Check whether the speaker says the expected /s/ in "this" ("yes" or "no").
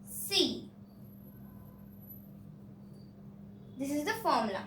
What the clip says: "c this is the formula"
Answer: yes